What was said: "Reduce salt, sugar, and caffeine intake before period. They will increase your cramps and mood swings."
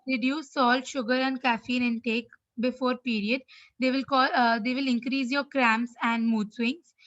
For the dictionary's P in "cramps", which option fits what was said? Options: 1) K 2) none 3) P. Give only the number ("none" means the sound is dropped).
2